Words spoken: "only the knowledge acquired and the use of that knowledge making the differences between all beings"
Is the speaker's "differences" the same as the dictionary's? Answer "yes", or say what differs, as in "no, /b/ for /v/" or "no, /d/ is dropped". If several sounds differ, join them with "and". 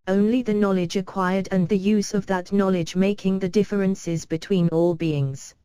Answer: yes